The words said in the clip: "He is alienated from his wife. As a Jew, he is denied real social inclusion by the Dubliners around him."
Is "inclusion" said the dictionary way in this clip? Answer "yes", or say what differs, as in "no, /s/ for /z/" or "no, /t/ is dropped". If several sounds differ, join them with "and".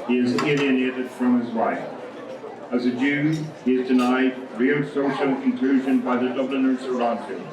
yes